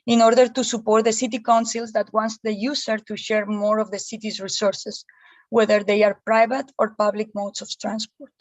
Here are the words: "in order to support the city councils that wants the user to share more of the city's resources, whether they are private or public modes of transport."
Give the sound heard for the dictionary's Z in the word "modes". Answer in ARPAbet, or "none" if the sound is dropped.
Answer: S